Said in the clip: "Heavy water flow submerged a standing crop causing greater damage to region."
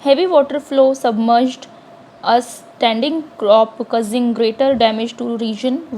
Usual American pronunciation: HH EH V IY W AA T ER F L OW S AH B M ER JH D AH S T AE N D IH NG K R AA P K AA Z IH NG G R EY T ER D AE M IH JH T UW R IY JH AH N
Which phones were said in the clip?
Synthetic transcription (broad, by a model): HH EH V IY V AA T ER F L OW S AH B M ER JH D AH S T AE N D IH NG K R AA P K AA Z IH NG G R EY T ER D AE M IH JH T UW R IY JH AH N